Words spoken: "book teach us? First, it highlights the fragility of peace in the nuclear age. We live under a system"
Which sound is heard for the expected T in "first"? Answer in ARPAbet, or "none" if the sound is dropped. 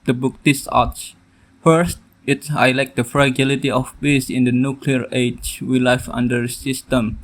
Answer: T